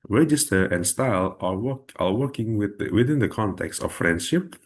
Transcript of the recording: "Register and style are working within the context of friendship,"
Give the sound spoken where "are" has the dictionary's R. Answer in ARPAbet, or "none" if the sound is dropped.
W